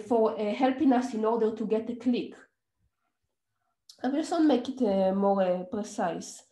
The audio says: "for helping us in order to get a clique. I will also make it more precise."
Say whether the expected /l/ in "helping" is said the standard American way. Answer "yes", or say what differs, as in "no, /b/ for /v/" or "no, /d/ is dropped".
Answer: yes